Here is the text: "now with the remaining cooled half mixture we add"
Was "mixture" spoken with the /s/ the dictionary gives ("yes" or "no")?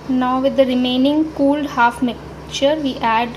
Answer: no